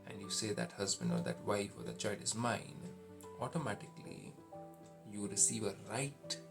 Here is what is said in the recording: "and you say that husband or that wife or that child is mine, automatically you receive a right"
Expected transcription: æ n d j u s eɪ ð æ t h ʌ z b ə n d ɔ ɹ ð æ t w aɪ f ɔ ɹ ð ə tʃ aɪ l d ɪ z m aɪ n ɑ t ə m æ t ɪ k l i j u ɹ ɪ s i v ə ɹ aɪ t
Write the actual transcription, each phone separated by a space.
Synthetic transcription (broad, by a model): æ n d j u s eɪ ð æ t h ʌ z b ə n d ɔ ɹ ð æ t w aɪ f ɔ ɹ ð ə tʃ aɪ l d ɪ z m aɪ n ɑ t ə m æ t ɪ k l i j u ɹ ɪ s i v ə ɹ aɪ t